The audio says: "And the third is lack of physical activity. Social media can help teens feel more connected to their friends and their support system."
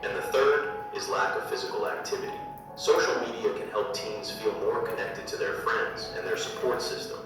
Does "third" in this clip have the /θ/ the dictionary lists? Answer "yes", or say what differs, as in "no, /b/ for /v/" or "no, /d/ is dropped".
yes